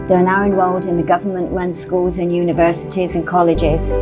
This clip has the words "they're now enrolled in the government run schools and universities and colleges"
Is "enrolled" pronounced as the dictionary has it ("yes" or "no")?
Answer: no